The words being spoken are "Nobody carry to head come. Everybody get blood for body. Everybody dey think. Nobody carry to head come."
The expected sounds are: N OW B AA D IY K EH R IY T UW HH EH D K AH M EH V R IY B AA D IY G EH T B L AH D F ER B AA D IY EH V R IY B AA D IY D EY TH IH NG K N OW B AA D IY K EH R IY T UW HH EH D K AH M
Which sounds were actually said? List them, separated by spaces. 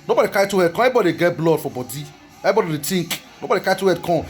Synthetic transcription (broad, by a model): N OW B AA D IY K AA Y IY T UW HH EH D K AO EH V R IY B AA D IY G EH T B L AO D F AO B AA D IY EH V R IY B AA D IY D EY T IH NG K N OW B AA D IY K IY T UW HH EH D K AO